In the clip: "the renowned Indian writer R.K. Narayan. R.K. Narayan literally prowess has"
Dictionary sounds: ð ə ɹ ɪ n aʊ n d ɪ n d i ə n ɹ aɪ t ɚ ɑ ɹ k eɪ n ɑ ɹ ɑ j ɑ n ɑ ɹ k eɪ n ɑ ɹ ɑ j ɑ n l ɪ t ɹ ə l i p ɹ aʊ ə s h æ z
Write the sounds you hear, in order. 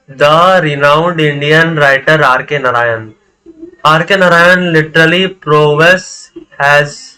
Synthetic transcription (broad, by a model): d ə ɹ ɪ n aʊ n d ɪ n d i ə n ɹ aɪ t ɚ ɑ ɹ k eɪ n ɑ ɹ ɑ j ɑ n ɑ ɹ k eɪ n ɑ ɹ ɑ j ɑ n l ɪ t ɹ ə l i p ɹ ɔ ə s h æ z